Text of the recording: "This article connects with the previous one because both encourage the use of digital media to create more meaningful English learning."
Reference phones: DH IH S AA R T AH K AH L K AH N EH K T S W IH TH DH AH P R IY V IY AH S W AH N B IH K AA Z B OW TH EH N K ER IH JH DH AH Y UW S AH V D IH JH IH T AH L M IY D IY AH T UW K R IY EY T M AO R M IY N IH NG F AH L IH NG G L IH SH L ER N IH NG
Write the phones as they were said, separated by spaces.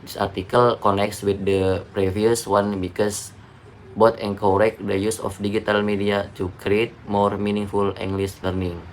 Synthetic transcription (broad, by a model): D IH S AA R T AH K AH L K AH N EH K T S W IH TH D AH P R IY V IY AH S W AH N B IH K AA S B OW T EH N K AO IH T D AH Y UW S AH F D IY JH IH T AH L M IY D IY AH T UW K R IY EY T M AO R M IY N IH NG F AH L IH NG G L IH S L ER N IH NG